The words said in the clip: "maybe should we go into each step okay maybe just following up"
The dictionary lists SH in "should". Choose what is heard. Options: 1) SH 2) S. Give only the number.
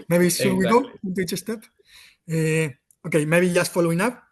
2